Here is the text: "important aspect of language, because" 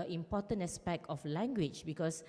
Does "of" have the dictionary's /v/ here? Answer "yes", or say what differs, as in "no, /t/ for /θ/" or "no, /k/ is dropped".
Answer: no, /f/ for /v/